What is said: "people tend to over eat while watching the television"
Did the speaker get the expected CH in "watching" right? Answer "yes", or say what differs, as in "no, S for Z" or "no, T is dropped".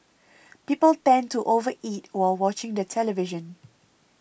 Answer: yes